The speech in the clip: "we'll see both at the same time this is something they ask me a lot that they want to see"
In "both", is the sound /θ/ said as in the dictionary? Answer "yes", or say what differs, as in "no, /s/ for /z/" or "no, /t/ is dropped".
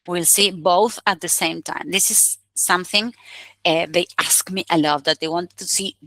yes